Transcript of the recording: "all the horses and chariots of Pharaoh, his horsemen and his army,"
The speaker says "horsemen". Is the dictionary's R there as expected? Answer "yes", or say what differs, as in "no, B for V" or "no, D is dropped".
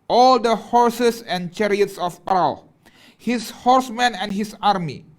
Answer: yes